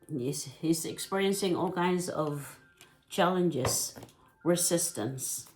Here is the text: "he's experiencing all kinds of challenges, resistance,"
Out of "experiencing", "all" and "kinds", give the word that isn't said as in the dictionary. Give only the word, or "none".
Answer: none